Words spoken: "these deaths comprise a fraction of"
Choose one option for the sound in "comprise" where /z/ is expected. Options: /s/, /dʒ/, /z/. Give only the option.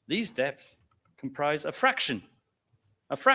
/z/